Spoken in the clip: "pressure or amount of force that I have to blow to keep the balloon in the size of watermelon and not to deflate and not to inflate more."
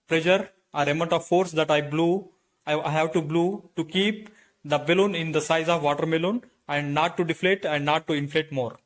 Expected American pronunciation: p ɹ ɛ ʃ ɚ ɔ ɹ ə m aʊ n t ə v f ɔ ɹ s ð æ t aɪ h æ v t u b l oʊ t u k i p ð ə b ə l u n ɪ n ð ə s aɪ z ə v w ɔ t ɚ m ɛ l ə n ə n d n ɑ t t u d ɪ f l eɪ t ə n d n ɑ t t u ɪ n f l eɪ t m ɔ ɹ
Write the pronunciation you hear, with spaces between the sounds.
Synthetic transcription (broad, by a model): p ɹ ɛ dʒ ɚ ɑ ɹ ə m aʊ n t ə v f ɔ ɹ s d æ t aɪ h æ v t u b l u t u k i p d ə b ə l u n ɪ n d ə s aɪ z ə v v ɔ t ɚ m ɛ l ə n ə n d n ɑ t t u d ɪ f l eɪ t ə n d n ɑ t t u ɪ n f l eɪ t m ɔ ɹ